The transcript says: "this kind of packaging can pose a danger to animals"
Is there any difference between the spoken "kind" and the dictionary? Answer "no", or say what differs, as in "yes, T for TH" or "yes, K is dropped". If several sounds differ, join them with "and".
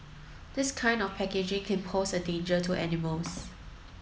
no